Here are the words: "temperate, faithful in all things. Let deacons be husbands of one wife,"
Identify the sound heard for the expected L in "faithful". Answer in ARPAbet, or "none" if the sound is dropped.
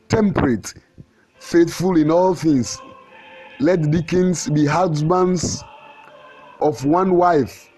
L